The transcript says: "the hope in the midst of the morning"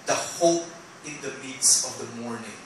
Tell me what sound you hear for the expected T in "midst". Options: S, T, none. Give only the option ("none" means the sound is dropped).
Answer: none